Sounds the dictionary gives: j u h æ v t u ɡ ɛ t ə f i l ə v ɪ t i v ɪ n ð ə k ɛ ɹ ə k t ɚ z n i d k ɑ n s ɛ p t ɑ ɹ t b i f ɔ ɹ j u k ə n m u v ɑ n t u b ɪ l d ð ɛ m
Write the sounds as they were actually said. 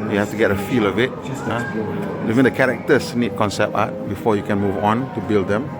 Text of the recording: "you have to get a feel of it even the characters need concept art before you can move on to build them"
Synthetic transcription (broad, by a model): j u h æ f t u ɡ ɛ t ə f i l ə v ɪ t i v ɪ n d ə k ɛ ɹ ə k t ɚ s n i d k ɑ n s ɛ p ɑ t b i f ɔ j u k ə n m u v ɑ n t u b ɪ l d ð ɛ m